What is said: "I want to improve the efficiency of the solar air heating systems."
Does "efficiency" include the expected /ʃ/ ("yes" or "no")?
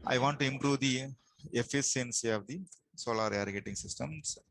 no